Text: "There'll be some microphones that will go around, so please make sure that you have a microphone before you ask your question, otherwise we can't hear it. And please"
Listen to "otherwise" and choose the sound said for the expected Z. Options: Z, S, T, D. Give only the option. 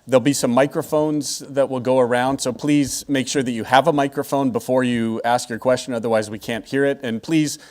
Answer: Z